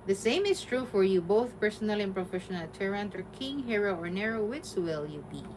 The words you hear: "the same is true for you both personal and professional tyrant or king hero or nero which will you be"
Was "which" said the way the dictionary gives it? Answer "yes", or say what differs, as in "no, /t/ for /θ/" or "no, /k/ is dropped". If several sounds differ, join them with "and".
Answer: no, /s/ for /tʃ/